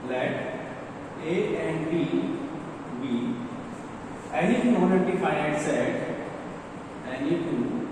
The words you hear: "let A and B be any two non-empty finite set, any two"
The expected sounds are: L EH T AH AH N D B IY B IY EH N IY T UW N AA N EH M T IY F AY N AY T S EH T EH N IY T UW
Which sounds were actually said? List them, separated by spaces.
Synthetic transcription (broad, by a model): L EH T AH AH N D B IY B IY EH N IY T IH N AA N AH T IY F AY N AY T S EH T EH N IY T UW